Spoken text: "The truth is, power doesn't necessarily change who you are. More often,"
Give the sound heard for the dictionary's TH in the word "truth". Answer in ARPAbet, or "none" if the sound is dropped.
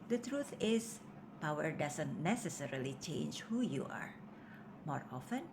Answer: T